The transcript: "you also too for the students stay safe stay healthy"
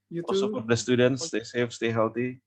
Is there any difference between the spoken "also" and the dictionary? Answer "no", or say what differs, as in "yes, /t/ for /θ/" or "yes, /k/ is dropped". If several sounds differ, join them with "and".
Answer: yes, /l/ is dropped